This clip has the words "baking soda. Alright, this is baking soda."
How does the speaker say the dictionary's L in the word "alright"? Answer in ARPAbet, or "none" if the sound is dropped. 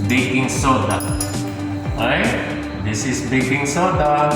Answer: none